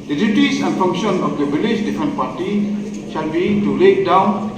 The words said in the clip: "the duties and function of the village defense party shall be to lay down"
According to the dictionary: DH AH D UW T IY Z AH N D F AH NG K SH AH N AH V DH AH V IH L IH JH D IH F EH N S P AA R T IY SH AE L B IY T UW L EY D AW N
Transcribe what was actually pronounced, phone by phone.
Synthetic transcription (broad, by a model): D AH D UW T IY S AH N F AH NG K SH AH N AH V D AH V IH L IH SH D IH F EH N P AA T IY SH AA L B IY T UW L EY D AW N